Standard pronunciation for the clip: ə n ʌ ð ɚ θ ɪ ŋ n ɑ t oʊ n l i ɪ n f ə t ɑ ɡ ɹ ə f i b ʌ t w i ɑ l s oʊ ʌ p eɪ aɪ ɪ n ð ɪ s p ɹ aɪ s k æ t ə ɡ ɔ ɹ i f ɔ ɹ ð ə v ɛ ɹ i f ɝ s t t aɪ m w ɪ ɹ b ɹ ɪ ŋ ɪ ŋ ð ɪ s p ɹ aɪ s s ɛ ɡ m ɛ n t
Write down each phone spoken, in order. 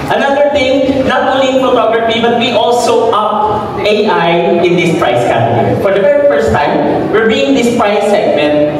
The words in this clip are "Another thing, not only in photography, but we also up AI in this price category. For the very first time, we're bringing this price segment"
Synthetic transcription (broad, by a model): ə n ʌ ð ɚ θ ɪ ŋ n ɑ t oʊ n l i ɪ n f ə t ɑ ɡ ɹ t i b ʌ t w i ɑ l s oʊ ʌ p eɪ aɪ ɪ n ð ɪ s p ɹ aɪ s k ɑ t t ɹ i f ɔ ɹ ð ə v ɛ ɹ i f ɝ s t t aɪ m w ɪ ɹ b i ɪ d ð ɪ s p ɹ aɪ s s ɛ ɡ m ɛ n t